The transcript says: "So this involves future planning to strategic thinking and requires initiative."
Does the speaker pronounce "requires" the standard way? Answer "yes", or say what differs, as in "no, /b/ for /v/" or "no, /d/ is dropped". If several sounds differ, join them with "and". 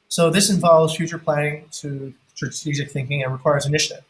yes